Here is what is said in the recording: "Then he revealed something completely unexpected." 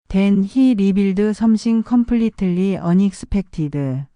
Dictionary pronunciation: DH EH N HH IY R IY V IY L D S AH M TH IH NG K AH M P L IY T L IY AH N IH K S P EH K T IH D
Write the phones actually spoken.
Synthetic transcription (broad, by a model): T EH N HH IY R IY B IY L D S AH M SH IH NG K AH M P L IY T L IY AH N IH K S P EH K T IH D